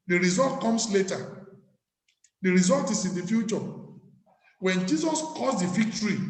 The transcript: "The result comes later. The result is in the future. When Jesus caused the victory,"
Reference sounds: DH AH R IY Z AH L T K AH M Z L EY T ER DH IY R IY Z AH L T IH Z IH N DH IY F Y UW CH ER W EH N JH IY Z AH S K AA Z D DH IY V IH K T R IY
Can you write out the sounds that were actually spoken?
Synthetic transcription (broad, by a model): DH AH R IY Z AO L T K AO M S L EY T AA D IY R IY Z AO L T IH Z IH N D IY F Y UW CH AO W EH N JH IY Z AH S K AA S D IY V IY K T R IY